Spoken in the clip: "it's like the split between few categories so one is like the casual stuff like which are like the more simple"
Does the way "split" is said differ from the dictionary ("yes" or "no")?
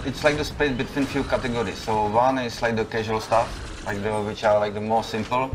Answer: yes